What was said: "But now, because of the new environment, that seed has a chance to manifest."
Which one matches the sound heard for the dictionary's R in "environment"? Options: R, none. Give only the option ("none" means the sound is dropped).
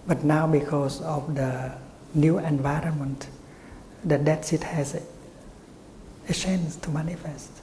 R